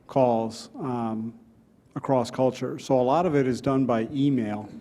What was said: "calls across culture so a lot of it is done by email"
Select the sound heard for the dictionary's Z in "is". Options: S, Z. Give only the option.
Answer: Z